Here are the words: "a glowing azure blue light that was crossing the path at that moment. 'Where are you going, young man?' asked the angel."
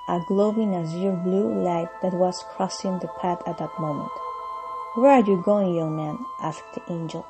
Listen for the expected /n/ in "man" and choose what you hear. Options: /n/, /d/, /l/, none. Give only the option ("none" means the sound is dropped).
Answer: /n/